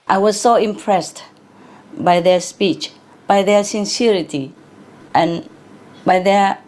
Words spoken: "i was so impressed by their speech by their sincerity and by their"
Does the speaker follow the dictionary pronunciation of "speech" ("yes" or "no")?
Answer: yes